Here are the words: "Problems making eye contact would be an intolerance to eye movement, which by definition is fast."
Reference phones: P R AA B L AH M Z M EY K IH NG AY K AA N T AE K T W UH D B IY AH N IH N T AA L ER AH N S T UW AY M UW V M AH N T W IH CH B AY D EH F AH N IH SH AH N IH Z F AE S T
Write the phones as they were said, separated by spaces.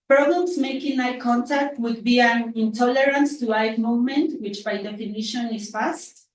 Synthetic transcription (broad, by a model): P R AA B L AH M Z M EY K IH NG AY K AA N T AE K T W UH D B IY AH N IH N T AA L ER AH N S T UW AY M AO M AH N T W IH CH B AY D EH F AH N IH SH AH N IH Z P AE S T